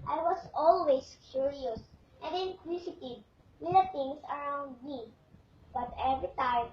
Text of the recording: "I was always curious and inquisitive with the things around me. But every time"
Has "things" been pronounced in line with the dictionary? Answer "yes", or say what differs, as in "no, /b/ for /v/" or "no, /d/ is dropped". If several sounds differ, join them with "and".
no, /t/ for /θ/